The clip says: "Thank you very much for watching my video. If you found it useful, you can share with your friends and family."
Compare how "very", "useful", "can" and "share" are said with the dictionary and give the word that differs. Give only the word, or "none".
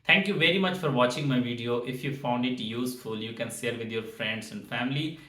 share